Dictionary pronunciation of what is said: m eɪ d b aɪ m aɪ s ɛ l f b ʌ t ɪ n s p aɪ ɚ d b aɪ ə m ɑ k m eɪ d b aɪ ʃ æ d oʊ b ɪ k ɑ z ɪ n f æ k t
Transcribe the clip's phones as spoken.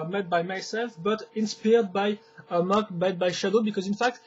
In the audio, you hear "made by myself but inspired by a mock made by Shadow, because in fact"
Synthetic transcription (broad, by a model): m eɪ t b aɪ m aɪ s ɛ l f b ʌ t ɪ n s p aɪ d b aɪ ə m ɑ k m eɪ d b aɪ ʃ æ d oʊ b ɪ k ɑ z ɪ n f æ k t